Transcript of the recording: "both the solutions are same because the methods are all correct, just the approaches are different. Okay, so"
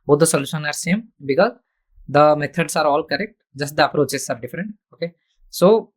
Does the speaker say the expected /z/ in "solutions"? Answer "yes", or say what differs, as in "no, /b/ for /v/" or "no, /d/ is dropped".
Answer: no, /z/ is dropped